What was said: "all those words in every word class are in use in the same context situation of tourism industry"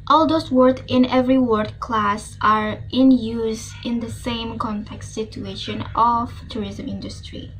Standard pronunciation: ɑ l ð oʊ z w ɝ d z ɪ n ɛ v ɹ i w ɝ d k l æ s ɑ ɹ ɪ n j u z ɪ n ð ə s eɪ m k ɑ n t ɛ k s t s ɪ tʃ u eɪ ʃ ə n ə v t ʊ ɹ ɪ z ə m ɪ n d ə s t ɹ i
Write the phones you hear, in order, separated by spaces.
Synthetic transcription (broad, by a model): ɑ l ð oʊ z w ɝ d ɪ n ɛ v ɹ i w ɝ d k l æ s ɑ ɹ ɪ n j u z ɪ n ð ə s eɪ m k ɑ n t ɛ k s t s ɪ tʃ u eɪ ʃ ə n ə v t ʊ ɹ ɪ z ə m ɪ n d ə s t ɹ i